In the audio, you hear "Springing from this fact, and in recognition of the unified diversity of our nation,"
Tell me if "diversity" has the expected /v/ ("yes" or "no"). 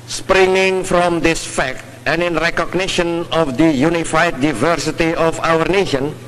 yes